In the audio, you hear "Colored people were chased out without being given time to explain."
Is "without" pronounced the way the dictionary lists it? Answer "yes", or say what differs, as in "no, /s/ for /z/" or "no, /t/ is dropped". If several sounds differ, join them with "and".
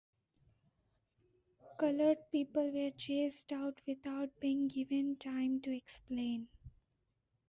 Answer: no, /t/ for /θ/